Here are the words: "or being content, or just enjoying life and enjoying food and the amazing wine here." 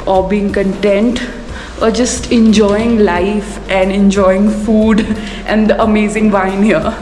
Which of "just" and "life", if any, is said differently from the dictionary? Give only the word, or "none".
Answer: none